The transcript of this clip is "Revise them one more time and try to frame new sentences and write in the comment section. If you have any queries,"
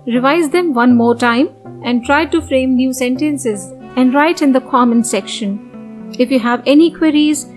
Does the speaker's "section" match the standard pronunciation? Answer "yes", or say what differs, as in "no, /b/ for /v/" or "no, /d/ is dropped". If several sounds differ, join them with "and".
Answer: yes